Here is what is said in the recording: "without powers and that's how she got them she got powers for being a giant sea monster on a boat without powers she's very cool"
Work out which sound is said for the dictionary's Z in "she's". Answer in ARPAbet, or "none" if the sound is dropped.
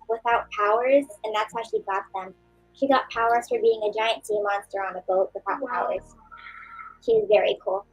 Z